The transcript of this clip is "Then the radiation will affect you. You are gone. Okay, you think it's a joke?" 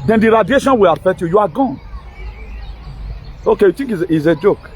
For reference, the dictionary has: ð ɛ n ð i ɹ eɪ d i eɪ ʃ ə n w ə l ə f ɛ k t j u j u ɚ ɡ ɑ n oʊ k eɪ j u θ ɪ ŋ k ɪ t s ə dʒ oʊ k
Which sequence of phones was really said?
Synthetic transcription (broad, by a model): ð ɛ n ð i ɹ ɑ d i eɪ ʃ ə n w ə l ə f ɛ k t j u j u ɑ ɡ ɑ n oʊ k eɪ j u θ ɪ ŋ k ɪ s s ə dʒ oʊ k